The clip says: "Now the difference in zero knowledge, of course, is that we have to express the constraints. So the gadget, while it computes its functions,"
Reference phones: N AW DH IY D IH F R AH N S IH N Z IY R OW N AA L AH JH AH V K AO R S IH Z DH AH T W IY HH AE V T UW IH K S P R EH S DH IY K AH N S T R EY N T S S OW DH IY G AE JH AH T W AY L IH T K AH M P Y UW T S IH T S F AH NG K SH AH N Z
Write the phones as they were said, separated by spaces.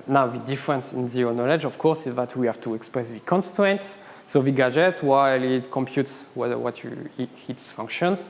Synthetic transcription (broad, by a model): N AW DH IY D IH F R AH N S IH N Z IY OW N AA L AH JH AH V K AO R S IH Z DH AH T W IY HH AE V T UW IH K S P R EH S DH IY K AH N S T EY N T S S OW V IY G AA JH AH T W AY L IH T K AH M P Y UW T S IH T S F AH NG K SH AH N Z